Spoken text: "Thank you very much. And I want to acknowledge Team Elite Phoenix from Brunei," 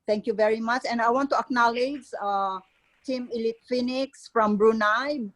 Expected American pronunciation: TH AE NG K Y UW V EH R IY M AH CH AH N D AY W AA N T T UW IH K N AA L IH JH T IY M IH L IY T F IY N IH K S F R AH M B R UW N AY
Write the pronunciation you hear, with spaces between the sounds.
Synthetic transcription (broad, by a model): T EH NG K Y UW V EH R IY M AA CH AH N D AY W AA N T T UW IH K N AA L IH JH T IY M IH L IY T F IY N IH K S F R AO M B R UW N AY